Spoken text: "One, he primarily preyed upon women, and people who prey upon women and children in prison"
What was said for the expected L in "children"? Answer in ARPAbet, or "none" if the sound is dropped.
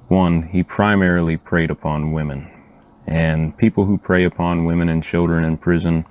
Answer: L